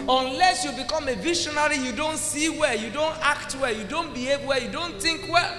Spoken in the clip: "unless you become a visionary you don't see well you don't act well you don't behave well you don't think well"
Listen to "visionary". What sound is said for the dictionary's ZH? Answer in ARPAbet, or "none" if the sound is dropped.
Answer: SH